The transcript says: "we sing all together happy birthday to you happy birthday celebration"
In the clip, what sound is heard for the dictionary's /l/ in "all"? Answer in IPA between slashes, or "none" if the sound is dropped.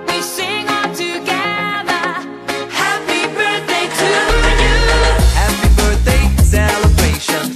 /n/